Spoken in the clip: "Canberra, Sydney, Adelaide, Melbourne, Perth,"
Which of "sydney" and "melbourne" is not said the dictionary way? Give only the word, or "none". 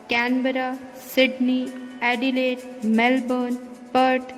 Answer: none